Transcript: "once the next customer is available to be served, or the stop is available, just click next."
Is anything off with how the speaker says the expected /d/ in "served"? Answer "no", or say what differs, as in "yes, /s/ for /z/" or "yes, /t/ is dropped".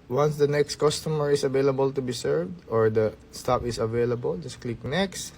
no